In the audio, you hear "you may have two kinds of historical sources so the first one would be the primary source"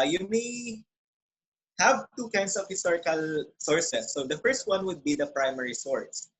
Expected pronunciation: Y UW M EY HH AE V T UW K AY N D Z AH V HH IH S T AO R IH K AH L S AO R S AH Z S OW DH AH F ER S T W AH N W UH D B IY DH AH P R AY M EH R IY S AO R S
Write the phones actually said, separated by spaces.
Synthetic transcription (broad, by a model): Y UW M EY HH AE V T UW K AY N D S AH V HH IH S T AO R IH K AH L S AO R S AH S OW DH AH F ER S T W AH N W UH D B IY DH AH P R AY M EH R IY S AO R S